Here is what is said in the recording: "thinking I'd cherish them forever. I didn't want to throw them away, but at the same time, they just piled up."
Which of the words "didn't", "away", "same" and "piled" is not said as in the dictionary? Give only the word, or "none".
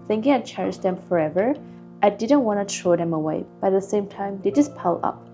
piled